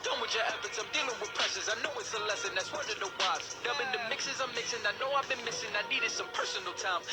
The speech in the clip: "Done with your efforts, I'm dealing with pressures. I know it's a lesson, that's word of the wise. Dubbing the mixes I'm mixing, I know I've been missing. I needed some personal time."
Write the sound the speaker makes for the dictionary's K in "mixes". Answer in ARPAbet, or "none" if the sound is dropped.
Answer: K